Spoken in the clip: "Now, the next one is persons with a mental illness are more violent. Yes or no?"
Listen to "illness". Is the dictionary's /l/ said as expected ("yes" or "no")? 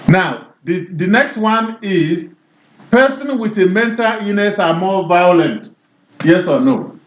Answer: no